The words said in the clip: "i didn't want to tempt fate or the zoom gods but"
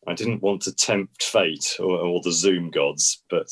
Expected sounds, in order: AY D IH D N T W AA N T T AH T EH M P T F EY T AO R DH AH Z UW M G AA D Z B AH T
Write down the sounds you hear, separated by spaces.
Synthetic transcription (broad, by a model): AY D IH D N T W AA N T T AH T EH M P T F EY T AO L DH AH Z UW M G AA D Z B AH T